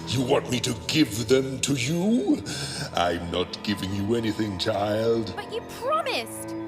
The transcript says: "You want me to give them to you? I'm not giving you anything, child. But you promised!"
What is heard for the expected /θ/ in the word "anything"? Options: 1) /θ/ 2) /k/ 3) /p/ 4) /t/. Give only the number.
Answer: 1